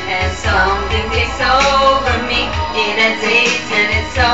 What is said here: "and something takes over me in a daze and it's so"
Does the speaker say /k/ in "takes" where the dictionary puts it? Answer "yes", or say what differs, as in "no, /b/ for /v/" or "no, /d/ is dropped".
no, /k/ is dropped